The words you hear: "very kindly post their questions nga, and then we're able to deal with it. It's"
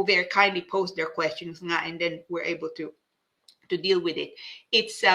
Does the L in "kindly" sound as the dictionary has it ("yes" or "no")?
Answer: yes